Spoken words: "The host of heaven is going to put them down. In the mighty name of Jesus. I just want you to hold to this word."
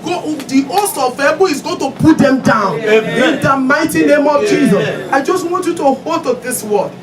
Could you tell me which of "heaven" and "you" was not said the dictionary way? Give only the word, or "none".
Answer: heaven